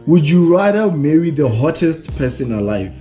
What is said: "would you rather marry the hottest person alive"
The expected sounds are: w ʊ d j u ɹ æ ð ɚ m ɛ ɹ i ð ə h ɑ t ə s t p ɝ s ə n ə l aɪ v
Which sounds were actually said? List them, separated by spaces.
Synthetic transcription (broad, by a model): w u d j u ɹ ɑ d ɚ m ɛ ɹ i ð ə h ɑ t ə s t p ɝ s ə n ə l aɪ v